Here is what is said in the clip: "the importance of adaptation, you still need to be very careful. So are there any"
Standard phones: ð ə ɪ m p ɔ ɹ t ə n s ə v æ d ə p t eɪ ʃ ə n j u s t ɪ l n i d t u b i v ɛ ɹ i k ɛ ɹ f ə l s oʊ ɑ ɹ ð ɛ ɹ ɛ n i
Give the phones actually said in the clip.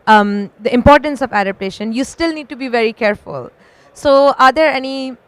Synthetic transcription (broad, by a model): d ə ɪ m p ɔ ɹ t ə n s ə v æ d ə p t eɪ ʃ ə n j u s t ɪ l n i d t u b i v ɛ ɹ i k ɛ ɹ f ə l s oʊ ɑ ɹ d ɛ ɹ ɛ n i